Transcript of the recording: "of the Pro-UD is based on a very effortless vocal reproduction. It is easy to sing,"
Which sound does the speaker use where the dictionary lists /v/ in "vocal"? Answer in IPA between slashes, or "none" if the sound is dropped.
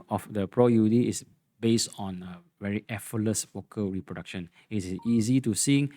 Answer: /w/